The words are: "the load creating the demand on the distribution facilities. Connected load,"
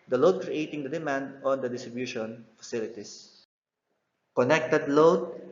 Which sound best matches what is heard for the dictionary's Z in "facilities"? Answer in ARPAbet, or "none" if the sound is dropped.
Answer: S